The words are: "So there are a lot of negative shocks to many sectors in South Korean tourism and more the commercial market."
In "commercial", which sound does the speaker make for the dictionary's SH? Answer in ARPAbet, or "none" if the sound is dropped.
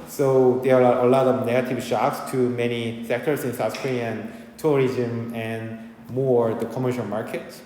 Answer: SH